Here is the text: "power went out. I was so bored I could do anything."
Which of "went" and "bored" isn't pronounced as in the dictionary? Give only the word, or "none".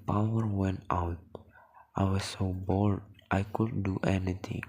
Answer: bored